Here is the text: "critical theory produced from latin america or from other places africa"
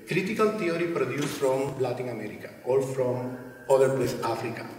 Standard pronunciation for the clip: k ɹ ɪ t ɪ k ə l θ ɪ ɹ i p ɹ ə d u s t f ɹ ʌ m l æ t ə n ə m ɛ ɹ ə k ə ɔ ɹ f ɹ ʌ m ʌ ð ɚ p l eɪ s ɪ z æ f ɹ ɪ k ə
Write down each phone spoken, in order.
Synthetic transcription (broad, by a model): k ɹ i t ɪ k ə l t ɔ ɹ i p ɹ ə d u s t f ɹ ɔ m l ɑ t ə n ə m ɛ ɹ ə k ə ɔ l f ɹ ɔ m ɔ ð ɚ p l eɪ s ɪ f ɹ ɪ k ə